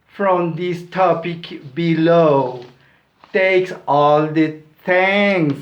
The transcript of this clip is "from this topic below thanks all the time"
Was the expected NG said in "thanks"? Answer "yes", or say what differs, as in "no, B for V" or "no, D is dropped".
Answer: no, NG is dropped